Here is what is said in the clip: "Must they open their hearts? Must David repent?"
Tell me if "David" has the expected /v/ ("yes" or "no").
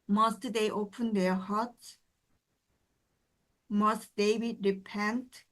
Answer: no